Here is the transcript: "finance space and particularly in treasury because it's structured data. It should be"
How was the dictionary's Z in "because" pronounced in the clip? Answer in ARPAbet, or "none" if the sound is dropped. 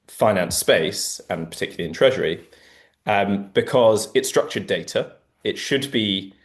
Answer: Z